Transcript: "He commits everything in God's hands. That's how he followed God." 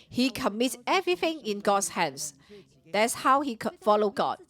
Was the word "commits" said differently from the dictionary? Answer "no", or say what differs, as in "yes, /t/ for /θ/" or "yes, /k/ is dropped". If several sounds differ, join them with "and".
yes, /s/ is dropped